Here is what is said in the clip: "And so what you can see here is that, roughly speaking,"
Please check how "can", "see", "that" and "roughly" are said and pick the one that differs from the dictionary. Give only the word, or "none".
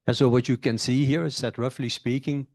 none